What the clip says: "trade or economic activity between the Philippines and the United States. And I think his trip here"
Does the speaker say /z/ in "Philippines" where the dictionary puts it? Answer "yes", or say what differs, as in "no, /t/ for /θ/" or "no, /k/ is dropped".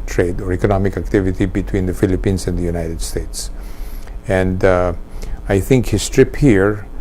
no, /s/ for /z/